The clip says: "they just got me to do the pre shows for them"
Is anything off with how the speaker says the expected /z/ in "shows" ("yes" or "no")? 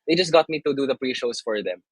yes